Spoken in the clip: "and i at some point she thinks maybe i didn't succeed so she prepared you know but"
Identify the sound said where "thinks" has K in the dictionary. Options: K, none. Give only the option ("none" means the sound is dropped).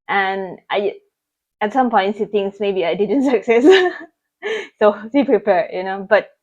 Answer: none